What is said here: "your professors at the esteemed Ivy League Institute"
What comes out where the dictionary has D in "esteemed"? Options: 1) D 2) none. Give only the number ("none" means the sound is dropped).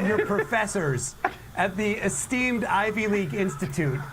1